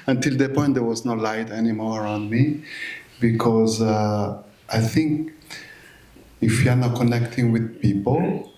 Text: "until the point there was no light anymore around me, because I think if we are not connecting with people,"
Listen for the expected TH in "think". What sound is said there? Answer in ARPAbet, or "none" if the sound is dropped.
TH